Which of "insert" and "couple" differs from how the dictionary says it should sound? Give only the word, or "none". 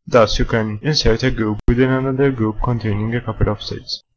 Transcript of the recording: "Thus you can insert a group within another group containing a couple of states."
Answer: none